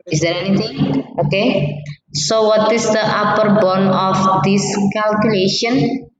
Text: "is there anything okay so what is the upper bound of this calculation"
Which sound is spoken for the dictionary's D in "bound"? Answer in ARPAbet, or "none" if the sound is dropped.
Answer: none